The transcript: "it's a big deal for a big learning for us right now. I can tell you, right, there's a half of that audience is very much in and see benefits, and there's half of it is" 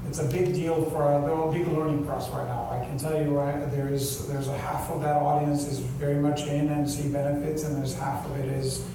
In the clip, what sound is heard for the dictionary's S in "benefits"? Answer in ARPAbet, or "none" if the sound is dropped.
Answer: S